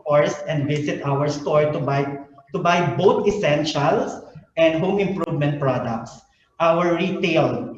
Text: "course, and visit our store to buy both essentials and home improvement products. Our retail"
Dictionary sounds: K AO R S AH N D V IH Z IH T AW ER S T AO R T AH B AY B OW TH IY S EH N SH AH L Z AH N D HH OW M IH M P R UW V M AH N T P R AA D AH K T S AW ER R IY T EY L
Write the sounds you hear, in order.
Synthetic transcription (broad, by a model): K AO R S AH N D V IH S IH T AW ER S T AO R T AH B AY B OW T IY S EH N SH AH L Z AH N D HH OW M IH M P R UW V M AH N T P R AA D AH K T S AW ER R IY T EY L